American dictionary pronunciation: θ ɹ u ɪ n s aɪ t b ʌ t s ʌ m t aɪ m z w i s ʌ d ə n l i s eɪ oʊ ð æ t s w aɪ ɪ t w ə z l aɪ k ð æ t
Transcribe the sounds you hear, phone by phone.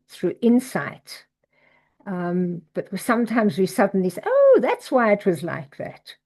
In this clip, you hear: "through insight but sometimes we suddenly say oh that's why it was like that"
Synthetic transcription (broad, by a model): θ ɹ u ɪ n s aɪ t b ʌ t s ʌ m t aɪ m z w i s ʌ d n l i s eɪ oʊ ð æ t s w aɪ ɪ t w ə z l aɪ k ð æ t